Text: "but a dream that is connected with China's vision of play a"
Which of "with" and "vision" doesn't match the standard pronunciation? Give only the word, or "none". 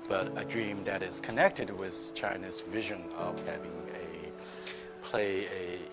none